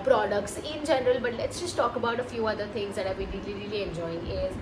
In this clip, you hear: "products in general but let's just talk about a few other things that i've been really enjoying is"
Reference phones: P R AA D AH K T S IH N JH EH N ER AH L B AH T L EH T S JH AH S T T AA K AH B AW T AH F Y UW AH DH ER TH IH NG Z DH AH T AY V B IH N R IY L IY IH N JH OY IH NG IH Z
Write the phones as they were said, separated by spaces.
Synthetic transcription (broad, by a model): P R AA D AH K T S IH N JH EH N ER AH L B AH T L EH T S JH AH S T T AA K AH B AW T AH F Y UW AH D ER T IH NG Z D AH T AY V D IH L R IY L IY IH N JH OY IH NG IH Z